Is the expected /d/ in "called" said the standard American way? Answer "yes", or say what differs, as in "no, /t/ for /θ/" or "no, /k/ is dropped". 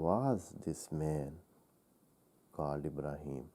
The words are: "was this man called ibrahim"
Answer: no, /d/ is dropped